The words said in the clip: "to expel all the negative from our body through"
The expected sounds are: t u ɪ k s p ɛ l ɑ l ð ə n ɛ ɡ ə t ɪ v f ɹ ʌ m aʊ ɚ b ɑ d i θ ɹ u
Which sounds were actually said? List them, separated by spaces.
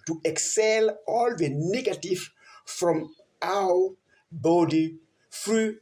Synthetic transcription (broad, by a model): t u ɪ k s ɛ l ɑ l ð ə n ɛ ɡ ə t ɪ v f ɹ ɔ m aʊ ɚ b ɑ d i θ ɹ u